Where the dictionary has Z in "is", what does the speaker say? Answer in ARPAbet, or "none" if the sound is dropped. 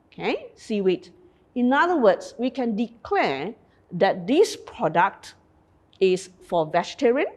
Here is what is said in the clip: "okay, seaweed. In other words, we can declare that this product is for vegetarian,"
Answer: S